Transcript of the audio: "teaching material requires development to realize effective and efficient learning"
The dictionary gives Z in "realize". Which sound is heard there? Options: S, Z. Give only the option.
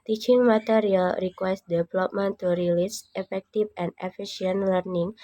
S